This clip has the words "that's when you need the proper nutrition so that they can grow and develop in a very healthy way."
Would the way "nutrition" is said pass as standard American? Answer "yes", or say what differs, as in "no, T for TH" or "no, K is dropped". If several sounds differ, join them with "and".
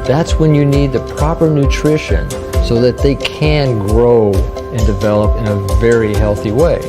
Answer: yes